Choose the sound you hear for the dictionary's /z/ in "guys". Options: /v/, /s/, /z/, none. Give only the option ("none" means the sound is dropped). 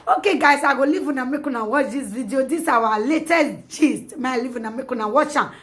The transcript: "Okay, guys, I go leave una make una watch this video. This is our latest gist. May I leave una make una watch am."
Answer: /s/